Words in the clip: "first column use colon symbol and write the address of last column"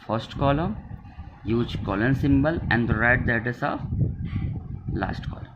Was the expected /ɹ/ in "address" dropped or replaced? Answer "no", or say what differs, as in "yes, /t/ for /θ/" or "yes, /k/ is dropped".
yes, /ɹ/ is dropped